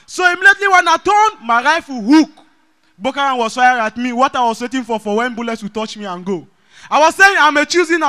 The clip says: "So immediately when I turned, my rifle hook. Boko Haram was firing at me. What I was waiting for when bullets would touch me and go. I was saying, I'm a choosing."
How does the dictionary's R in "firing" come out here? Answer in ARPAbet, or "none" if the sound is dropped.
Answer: none